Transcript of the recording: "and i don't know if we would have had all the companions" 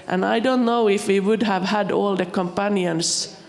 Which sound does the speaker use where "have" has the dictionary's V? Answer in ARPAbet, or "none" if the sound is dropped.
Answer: V